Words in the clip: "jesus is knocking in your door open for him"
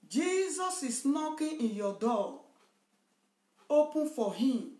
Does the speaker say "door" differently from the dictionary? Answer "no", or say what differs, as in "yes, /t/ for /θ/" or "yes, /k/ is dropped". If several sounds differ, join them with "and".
yes, /l/ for /ɹ/